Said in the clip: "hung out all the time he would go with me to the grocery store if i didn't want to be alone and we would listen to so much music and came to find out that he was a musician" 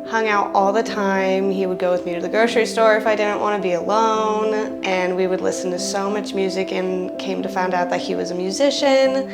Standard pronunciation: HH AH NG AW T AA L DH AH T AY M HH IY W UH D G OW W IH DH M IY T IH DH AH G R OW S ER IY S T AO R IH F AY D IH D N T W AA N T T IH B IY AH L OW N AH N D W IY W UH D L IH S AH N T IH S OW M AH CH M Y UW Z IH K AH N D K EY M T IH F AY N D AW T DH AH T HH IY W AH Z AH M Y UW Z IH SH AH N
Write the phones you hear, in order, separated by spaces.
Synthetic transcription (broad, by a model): HH AH NG AW T AA L DH AH T AY M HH IY W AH D G OW W IH DH M IY T IH DH AH G OW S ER IY S T AO R IH F AY D IH D N T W AA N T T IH B IY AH L OW N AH N W IY W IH D L IH S N T IH S OW M AH CH M Y UW Z IH K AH N K EY M T IH F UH N D AW T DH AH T HH IY W AH Z AH M Y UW Z IH SH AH N